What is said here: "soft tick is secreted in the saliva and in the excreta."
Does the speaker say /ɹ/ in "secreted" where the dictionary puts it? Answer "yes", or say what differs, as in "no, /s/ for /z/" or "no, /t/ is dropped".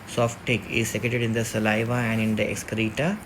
no, /ɹ/ is dropped